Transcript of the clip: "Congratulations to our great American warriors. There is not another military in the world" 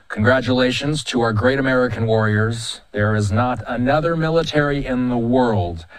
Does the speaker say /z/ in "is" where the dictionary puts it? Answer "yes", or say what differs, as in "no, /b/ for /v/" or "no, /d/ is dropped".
yes